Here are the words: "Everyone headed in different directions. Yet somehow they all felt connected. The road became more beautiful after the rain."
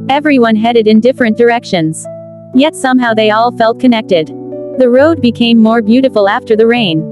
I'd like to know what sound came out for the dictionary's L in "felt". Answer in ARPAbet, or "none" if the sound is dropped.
L